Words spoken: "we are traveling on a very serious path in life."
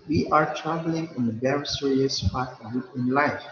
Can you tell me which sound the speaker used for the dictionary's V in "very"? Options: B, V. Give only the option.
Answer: B